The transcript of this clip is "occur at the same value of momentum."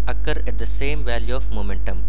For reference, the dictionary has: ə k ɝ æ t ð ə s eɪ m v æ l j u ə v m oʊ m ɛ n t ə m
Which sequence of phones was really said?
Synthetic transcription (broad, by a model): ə k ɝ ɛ t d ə s eɪ m v æ l j u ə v m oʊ m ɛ n t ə m